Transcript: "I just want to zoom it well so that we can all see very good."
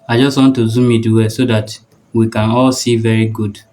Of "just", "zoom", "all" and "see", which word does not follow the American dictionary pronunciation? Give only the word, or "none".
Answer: none